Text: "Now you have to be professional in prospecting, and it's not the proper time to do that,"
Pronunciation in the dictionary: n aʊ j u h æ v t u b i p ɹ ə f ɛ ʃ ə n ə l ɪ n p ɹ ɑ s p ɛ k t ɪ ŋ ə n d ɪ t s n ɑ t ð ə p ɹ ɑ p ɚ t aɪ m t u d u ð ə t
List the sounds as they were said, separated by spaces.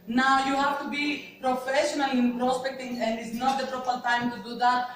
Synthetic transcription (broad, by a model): n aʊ j u h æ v t u b i p ɹ ə f ɛ ʃ ə n ə l ɪ n p ɹ ɑ s p ɛ k t ɪ ŋ ə n d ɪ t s n ɑ t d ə p ɹ ɑ p ɚ t aɪ m t u d u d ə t